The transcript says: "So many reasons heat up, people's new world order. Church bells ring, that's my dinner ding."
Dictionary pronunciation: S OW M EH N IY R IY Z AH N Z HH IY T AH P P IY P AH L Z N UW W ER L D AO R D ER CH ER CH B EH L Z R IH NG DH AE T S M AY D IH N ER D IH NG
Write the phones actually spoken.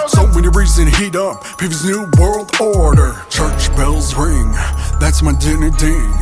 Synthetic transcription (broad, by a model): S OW M EH N IY R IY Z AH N HH IY T AH P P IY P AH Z N UW W ER L D AO R D ER CH ER CH B EH L Z R IH NG DH AE T S M AY D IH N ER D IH